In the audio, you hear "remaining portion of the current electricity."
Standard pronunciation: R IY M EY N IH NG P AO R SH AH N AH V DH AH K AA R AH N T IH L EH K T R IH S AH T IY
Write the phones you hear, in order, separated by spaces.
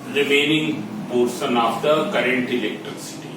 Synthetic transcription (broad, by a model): R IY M EY N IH NG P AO R S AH N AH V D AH K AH R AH N T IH L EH K T R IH S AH T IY